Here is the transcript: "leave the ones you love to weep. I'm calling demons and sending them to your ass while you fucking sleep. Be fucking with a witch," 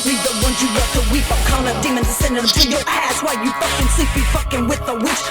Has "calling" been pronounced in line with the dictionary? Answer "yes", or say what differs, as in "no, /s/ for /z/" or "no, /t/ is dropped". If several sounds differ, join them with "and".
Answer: no, /n/ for /l/